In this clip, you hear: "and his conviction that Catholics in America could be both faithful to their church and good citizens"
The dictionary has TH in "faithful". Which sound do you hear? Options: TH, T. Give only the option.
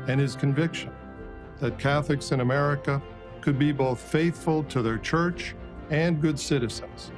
TH